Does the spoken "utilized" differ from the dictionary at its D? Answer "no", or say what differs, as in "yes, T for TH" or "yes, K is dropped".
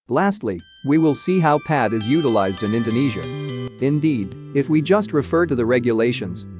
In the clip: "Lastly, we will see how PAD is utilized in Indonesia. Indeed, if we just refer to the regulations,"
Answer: no